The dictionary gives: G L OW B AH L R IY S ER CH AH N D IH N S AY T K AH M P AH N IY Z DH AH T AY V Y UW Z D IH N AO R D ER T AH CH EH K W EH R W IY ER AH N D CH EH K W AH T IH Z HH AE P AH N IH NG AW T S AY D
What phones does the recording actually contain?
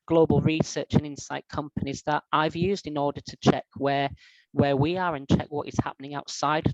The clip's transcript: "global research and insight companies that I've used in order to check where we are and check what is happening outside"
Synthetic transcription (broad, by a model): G L OW B AH L R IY S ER CH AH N IH N S AY T K AH M P AH N IY Z DH AH T AY V Y UW Z D IH N AO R D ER T AH CH EH K W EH W W IY ER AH N CH EH K W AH T IH Z HH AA P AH N IH NG AW T S AY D